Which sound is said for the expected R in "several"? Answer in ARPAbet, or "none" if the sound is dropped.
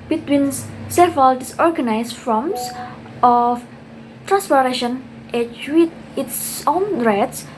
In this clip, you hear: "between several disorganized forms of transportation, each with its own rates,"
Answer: none